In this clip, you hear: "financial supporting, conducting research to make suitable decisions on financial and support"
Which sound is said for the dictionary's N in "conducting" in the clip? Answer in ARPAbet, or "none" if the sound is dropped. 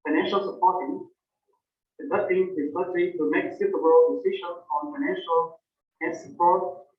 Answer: none